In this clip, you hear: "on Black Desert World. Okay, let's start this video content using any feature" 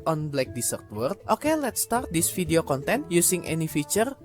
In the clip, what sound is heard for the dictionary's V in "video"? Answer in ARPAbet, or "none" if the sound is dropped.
F